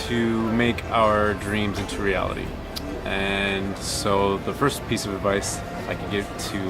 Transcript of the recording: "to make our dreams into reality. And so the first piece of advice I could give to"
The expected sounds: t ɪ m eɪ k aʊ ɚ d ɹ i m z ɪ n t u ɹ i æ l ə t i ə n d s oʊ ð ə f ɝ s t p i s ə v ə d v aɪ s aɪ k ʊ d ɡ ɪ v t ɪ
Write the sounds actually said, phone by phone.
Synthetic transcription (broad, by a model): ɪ m eɪ k aʊ ɚ d ɹ i m z ɪ n t u ɹ i æ l ə t i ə n s oʊ ð ə f ɝ s p i s ə v ə d v aɪ s aɪ k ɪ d ɡ ɪ v t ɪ